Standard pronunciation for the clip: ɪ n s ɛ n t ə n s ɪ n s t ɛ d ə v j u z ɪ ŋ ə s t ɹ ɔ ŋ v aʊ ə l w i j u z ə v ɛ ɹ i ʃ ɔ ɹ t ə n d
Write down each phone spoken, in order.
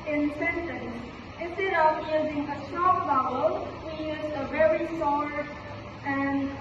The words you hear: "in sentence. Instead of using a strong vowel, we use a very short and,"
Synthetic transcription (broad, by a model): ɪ n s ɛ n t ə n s ɪ n s t ɛ d ə v j u z ɪ ŋ ə s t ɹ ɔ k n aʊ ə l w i j u z ə v ɛ ɹ i s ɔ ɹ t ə n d